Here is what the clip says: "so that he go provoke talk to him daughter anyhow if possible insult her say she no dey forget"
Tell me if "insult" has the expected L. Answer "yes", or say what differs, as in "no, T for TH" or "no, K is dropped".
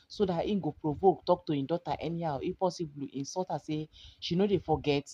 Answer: no, L is dropped